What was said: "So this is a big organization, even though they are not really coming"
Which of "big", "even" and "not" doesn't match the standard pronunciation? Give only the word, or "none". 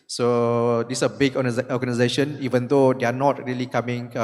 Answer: big